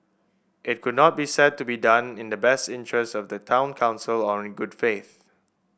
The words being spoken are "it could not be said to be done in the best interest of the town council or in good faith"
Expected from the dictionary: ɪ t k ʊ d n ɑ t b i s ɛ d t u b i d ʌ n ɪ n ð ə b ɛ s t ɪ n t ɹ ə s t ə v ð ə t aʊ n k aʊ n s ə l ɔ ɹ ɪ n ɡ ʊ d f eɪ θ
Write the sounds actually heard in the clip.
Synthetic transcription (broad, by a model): ɪ t k ʊ d n ɑ t b i s ɛ d t u b i d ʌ n ɪ n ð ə b ɛ s t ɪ n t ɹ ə s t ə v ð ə t aʊ n k aʊ n s ə l ɔ ɹ ɪ n ɡ ʊ d f eɪ θ